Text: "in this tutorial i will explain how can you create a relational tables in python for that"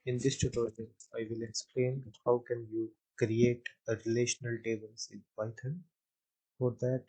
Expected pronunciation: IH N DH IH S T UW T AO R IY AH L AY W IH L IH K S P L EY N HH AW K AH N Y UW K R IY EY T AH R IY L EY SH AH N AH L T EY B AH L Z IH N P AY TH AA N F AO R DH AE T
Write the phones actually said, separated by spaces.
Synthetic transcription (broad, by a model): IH N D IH S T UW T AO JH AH N AY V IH L IH K S P L EY N HH AW K AH N Y UW K R IY EY T AH R IY L EY SH AH N AH L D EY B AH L S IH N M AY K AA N F AO R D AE T